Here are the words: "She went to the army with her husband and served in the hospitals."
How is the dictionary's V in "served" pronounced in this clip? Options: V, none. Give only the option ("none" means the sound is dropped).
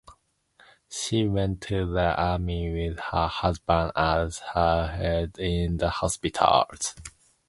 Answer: none